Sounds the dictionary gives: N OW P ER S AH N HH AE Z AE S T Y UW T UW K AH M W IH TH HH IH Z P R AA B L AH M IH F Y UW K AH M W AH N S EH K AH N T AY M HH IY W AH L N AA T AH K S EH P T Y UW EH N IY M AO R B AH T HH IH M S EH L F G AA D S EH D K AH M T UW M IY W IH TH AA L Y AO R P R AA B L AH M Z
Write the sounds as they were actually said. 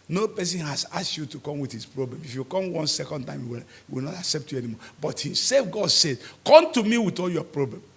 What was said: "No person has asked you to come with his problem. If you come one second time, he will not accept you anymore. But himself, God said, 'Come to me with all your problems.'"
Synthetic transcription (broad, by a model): N OW P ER S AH N HH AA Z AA S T Y UW T UW K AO M W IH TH HH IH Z P R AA B L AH M IH F Y UW K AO M W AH N S EH K AH N T AY M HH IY W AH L N AA T AH K S EH P T Y UW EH N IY M AO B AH T HH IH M S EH F G AA D S EH D K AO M T UW M IY W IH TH AA L Y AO P R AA B L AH M